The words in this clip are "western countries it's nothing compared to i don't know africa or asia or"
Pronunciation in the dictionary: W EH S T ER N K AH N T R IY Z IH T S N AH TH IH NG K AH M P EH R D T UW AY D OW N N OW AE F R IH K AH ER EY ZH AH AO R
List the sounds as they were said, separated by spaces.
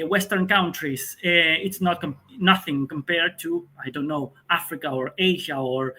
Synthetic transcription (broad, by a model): W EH S T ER N K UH N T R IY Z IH T S N AH TH IH NG K AH M P EH R D T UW AY D OW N N OW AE F R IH K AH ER EY ZH AH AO R